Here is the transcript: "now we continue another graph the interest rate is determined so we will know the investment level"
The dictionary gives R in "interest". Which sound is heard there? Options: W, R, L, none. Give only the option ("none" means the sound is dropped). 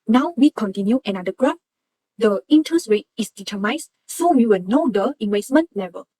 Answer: none